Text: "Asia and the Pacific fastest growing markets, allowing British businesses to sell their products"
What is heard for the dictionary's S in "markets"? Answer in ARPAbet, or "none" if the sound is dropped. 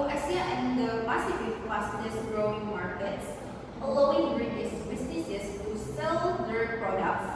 S